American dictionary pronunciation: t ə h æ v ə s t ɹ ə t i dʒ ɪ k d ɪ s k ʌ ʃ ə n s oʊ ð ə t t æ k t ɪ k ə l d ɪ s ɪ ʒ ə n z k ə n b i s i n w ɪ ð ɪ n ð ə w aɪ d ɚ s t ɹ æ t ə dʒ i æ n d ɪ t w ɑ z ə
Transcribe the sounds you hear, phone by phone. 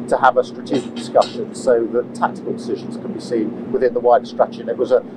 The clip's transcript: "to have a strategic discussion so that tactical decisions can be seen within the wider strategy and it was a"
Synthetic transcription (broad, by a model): t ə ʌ v ə s t ɹ ə t i dʒ ɪ k d ɪ s k ʌ ʃ ə n s oʊ ð ə t t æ k t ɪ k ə l d ɪ s ɪ ʒ ə n z k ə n b i s i n w ɪ ð ɪ n ð ə w aɪ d s t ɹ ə tʃ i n ɪ t w ɑ z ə